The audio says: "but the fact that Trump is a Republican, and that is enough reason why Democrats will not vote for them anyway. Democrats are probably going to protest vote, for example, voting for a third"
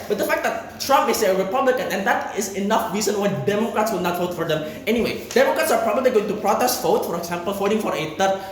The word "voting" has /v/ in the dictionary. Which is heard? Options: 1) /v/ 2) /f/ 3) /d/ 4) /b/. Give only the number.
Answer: 2